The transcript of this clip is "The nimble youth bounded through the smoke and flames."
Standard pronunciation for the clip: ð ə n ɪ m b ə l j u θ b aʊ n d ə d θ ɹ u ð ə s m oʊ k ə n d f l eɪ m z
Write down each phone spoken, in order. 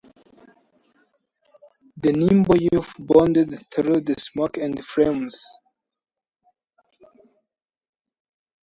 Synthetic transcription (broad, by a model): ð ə n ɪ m b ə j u f b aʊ n d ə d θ ɹ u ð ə s m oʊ k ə n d f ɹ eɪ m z